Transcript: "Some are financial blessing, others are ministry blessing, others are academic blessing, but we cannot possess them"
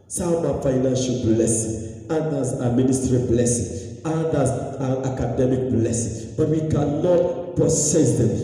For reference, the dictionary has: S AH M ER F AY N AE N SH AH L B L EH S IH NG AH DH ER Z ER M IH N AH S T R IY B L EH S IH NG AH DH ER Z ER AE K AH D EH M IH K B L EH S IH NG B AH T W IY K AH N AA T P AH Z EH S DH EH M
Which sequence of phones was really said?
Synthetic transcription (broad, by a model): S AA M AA F AY N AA N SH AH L B L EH S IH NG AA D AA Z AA M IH N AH S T R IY B L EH S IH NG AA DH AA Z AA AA K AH D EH M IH K B L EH S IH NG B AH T W IY K AH N AA T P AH S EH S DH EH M